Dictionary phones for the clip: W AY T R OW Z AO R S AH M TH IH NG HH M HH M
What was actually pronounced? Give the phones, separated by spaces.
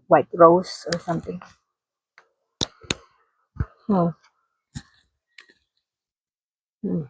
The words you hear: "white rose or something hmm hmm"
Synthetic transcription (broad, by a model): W AY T R OW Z AO R S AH M T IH NG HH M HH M